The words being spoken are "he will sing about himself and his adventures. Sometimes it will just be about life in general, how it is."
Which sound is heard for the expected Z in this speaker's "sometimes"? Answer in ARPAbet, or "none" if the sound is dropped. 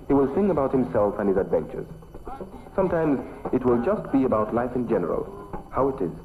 Z